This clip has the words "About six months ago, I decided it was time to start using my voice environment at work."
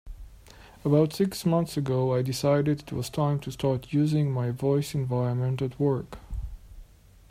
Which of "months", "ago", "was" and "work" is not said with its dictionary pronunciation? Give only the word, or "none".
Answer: none